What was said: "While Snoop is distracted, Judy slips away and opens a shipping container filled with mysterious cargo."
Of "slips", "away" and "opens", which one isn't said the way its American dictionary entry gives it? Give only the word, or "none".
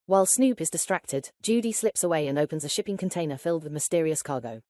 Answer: none